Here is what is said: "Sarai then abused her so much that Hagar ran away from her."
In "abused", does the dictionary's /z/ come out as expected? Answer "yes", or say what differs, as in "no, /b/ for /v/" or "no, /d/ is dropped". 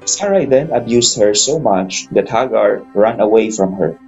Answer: no, /s/ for /z/